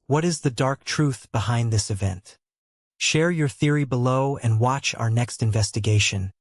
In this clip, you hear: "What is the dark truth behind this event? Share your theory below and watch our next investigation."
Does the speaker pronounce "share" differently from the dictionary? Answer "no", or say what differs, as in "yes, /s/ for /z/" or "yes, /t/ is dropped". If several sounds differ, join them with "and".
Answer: no